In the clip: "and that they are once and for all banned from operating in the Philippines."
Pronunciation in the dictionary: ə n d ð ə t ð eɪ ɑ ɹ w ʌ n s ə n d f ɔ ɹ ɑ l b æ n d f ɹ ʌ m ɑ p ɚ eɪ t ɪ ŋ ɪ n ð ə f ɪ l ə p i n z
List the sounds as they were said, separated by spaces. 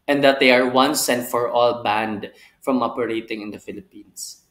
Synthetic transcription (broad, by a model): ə n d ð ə t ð eɪ ɑ ɹ w ʌ n s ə n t f ɔ ɹ ɑ l b æ n d f ɹ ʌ m ɑ p ɚ eɪ t ɪ ŋ ɪ n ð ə f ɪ l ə p i n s